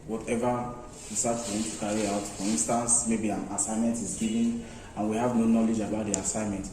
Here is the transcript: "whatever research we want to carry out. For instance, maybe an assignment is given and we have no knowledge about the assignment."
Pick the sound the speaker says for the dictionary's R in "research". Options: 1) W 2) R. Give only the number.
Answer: 1